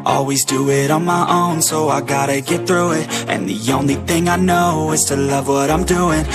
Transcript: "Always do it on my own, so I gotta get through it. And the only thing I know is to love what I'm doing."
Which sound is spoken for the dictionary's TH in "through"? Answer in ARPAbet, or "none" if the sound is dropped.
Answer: TH